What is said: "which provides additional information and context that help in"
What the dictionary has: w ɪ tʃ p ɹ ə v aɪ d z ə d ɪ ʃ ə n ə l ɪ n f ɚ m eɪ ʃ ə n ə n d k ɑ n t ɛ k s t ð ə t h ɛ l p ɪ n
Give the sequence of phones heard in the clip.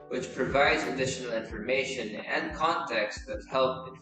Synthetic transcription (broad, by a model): w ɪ tʃ p ɹ ə v aɪ d z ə d ɪ ʃ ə n l ɪ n f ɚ m eɪ ʃ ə n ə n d k ɑ n t ɛ k s t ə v h ɛ l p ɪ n